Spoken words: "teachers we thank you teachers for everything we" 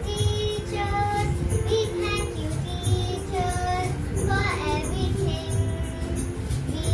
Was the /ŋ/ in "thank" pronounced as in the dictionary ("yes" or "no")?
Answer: no